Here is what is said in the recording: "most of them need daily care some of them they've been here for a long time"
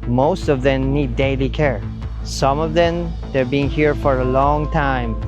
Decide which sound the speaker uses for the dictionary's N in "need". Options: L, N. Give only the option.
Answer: N